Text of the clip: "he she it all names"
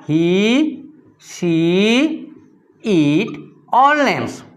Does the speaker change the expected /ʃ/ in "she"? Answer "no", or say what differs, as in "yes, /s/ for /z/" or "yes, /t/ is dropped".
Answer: yes, /s/ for /ʃ/